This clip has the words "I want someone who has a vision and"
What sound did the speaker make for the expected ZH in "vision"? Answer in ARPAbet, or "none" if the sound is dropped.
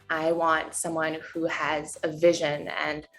ZH